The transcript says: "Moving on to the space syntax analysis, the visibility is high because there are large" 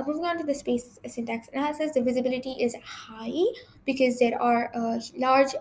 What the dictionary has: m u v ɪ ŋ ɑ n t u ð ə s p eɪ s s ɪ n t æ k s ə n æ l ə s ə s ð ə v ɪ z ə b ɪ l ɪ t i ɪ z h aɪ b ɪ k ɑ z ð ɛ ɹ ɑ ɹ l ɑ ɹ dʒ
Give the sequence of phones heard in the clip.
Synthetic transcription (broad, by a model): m u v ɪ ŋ ɑ n t u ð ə s p eɪ s s ɪ n t æ k s ə n æ l ə s ə s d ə v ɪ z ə b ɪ l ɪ t i ɪ z h aɪ b ɪ k ɑ z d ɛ ɹ ɑ ɹ l ɑ ɹ dʒ